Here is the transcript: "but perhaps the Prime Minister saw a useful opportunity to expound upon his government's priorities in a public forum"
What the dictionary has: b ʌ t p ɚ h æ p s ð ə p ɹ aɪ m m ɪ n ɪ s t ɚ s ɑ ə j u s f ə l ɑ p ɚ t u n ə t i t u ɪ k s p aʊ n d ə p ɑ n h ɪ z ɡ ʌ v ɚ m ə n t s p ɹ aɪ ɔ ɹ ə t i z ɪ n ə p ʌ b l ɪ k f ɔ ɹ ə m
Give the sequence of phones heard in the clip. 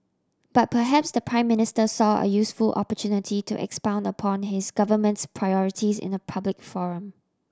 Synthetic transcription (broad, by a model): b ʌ t p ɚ h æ p s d ə p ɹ aɪ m m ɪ n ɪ s t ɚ s ɑ ə j u s f ə l ɑ p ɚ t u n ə t i t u ɪ k s p aʊ n d ə p ɑ n h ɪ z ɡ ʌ v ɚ m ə n t s p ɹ aɪ ɔ ɹ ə t i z ɪ n ə p ʌ b l ɪ k f ɔ ɹ ə m